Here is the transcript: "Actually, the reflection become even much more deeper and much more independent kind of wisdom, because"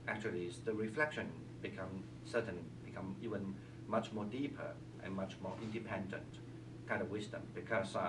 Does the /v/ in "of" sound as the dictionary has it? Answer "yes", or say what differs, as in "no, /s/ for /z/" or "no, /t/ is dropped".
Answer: yes